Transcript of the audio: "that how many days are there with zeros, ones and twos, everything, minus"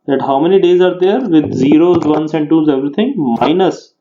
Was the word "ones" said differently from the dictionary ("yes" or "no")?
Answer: yes